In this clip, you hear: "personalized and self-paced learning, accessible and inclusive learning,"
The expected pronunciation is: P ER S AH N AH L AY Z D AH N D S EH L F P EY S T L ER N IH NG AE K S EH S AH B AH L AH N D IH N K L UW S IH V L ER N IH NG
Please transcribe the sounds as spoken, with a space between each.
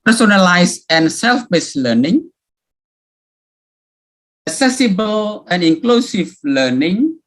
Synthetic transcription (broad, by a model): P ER S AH N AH L AY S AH N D S EH L F B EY S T L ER N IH NG AE K S EH S AH B AH L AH N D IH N K L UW S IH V L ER N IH NG